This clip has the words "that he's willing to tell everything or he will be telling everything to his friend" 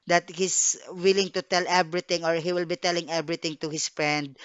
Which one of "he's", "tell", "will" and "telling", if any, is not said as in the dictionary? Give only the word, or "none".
he's